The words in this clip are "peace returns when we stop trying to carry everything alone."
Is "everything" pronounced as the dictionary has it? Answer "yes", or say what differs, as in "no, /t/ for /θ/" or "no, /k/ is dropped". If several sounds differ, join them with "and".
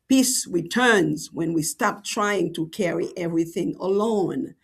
yes